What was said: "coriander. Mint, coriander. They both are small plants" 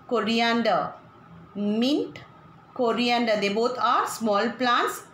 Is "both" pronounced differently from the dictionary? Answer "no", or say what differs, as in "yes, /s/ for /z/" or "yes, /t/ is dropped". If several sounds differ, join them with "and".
yes, /t/ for /θ/